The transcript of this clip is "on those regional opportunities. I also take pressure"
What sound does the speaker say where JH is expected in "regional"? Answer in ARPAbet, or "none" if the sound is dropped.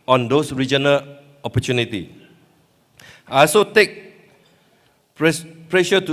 JH